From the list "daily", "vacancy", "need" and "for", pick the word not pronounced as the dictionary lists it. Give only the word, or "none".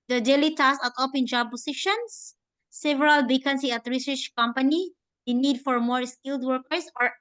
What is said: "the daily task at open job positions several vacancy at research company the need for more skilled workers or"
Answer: vacancy